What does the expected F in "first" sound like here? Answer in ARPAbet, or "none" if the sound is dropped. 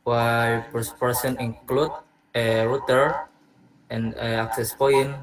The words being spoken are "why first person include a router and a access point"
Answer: P